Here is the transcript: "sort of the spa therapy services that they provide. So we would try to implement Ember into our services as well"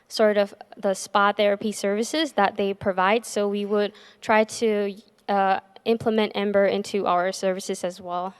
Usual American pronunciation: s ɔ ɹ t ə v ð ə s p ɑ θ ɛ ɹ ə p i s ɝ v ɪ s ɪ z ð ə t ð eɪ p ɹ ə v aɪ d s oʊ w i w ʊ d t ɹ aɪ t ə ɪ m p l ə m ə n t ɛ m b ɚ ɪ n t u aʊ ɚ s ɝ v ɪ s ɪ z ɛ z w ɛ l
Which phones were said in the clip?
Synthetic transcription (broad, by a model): s ɔ ɹ t ə v ð ə s p ɑ θ ɛ ɹ ə p i s ɝ v ɪ s ɪ z ð ə t ð eɪ p ɹ ə v aɪ d s oʊ w i w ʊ d t ɹ aɪ t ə ɪ m p l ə m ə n t ɛ m b ɚ ɪ n t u aʊ ɚ s ɝ v ɪ s ɪ z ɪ z w ɛ l